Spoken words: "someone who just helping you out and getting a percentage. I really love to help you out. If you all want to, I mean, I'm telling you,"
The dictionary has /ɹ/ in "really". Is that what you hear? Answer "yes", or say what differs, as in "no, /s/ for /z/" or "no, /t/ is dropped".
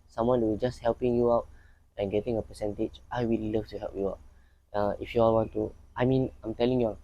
no, /w/ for /ɹ/